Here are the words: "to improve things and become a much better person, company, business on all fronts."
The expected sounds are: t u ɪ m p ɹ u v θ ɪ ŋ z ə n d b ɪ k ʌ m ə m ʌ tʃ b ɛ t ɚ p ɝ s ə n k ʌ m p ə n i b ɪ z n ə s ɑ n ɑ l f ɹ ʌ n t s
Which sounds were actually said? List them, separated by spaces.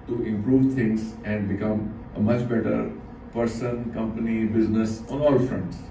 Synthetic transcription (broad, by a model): t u ɪ m p ɹ u v t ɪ ŋ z ə n d b ɪ k ʌ m ə m ʌ tʃ b ɛ t ɚ p ɝ s ə n k ʌ m p ə n i b ɪ z n ə s ɑ n ɑ l f ɹ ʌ n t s